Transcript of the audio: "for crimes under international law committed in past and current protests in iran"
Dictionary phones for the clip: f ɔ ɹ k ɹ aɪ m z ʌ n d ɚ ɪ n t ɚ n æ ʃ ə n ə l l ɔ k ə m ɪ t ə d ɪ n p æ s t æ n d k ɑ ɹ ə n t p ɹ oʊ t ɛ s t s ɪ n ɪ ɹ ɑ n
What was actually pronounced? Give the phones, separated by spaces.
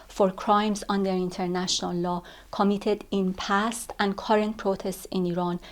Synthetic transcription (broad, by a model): f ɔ ɹ k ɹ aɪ m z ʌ n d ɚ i n t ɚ n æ ʃ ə n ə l l ɔ k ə m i t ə d ɪ n p æ s t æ n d k ɑ ɹ ə n t p ɹ oʊ t ɛ s t s ɪ n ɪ ɹ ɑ n